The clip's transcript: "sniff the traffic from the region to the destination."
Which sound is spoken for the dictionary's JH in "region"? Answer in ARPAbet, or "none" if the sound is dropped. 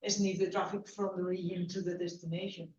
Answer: none